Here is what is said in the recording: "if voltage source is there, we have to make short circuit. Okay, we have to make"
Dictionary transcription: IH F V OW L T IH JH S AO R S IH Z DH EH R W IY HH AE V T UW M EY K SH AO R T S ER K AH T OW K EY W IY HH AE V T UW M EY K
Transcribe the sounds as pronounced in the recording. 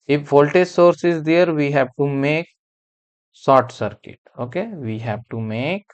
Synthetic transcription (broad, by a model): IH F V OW L T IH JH S AO R S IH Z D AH R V IY HH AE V T UW M EY K S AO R T S ER K AH T OW K EY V IY HH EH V T UW M EY K